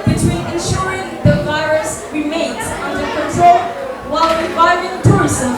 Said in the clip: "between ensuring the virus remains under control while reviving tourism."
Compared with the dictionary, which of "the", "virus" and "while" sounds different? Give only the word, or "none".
none